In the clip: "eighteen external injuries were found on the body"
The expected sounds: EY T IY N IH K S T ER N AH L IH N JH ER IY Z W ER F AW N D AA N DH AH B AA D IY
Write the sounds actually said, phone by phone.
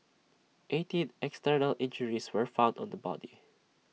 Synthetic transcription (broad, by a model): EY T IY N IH K S T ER N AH L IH N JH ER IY S W ER F AW N D AA N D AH B AA D IY